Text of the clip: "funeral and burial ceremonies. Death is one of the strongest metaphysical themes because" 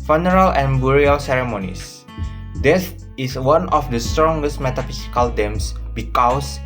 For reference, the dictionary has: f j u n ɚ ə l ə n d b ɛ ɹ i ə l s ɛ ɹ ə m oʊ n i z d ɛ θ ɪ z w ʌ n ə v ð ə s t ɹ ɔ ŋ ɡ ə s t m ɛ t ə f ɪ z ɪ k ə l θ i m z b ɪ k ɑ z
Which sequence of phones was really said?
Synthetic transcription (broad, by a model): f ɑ n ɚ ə l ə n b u ɹ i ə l s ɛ ɹ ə m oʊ n i s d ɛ s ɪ s w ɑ n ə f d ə s t ɹ ɔ ŋ ɡ ə s t m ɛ t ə f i s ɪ k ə l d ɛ m s b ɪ k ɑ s